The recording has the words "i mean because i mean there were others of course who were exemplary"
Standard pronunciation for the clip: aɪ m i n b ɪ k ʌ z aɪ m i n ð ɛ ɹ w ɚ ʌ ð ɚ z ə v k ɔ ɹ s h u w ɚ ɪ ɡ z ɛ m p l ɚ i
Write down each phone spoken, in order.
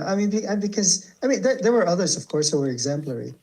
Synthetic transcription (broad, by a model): aɪ m i n b ɪ k ʌ z aɪ m i n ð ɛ ɹ w ɚ ʌ ð ɚ z ə v k ɔ ɹ s h u w ɚ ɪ ɡ z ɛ m p l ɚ i